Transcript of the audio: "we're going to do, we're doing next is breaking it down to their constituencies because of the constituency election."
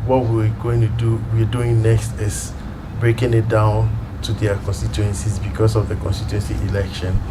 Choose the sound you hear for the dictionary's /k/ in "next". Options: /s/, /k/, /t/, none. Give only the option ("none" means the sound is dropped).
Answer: /k/